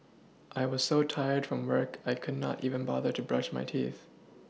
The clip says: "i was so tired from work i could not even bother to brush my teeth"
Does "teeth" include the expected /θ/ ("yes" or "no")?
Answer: yes